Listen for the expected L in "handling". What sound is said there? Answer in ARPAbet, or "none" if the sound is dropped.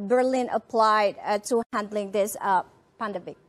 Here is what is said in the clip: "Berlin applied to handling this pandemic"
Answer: L